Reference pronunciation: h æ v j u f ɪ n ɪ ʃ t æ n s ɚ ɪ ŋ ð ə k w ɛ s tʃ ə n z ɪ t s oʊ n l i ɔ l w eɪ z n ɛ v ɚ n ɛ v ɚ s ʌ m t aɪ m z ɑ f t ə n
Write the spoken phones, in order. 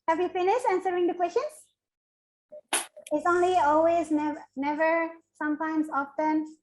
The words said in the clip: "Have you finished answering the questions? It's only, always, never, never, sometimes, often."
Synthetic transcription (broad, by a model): h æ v j u f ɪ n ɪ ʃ æ n s ɚ ɪ ŋ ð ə k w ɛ s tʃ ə n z ɪ t s oʊ n l i ɔ l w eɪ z n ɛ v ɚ n ɛ v ɚ s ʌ m t aɪ m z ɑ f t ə n